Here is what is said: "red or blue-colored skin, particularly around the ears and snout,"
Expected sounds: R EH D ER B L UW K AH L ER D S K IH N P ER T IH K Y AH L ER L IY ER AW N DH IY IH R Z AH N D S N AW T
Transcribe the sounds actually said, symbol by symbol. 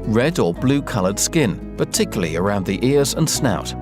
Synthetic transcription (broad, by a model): R EH D ER B L UW K AH L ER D S K IH N P ER T IH K Y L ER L IY ER AW N DH IY IH R Z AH N S N AW T